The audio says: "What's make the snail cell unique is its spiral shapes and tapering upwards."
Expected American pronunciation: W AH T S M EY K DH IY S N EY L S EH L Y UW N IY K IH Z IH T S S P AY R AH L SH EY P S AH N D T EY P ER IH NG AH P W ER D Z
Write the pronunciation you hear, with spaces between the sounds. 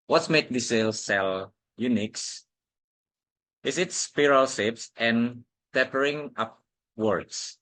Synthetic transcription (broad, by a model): W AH T S M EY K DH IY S EY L S EH L Y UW N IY K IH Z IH T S S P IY R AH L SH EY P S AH N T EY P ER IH NG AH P W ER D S